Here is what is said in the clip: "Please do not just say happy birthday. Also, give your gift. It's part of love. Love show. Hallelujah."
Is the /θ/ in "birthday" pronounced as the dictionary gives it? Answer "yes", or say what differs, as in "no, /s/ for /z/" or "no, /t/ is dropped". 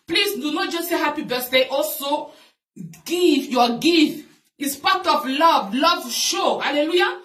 no, /s/ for /θ/